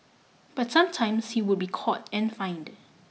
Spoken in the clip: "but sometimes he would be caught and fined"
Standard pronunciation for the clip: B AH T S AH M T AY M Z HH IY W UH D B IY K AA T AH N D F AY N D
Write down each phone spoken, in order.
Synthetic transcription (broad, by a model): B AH T S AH M T AY M S HH IY W UH D B IY K AA T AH N F AY N D